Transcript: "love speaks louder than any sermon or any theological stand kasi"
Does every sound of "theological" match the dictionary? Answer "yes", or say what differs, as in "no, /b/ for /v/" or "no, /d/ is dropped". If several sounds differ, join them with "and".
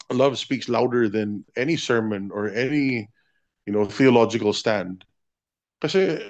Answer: yes